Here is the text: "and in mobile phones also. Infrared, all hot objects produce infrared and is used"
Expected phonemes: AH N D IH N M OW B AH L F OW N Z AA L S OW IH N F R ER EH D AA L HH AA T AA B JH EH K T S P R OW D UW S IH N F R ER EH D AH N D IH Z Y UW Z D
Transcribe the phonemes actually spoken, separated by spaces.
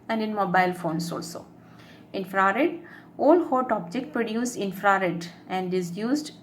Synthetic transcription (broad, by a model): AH N D IH N M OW B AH L F OW N S AA L S OW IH N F R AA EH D AA L HH AA T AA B JH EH K T P R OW D UW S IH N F R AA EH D AH N D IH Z Y UW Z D